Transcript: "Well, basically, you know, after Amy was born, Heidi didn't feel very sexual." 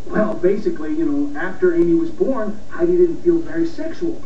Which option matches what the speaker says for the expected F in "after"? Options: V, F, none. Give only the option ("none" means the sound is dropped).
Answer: F